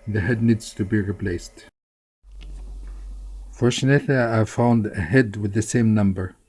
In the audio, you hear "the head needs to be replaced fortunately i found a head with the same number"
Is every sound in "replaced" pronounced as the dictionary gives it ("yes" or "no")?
yes